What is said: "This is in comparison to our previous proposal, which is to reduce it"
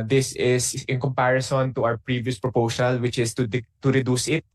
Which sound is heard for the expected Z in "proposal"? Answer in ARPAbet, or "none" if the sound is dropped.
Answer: S